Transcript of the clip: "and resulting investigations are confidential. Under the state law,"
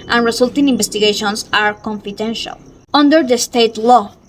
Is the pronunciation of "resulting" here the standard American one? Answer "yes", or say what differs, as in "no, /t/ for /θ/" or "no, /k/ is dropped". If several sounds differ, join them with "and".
no, /s/ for /z/